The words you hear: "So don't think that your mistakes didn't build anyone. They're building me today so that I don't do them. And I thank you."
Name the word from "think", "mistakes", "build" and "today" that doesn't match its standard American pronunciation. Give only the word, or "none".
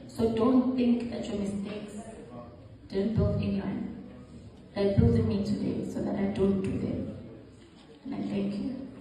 build